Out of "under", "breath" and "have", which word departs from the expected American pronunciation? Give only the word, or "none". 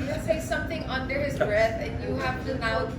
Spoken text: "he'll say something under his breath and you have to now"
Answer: have